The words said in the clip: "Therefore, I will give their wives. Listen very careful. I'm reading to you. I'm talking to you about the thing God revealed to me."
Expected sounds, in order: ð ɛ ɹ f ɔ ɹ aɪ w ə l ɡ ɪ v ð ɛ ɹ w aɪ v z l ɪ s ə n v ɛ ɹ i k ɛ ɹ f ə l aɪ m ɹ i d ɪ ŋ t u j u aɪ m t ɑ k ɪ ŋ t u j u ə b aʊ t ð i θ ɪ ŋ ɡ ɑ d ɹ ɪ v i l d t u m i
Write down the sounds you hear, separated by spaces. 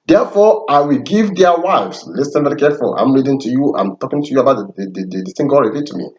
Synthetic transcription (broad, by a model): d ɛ f ɔ aɪ w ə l ɡ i v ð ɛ w aɪ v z l ɪ s ə n v ɛ ɹ i k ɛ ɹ f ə l aɪ m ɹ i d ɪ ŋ t u j u aɪ m t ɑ k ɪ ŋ t u j u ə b aʊ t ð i s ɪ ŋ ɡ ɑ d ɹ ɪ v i t u m i